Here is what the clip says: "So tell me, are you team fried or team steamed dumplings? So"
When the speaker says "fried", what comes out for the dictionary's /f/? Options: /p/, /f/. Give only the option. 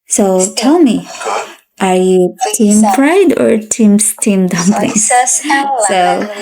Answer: /p/